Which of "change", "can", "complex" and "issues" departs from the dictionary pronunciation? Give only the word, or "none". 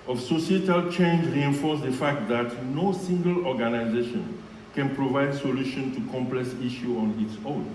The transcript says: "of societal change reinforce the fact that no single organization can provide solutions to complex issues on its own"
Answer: issues